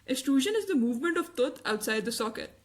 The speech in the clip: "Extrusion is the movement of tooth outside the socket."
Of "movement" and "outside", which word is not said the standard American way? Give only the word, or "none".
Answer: none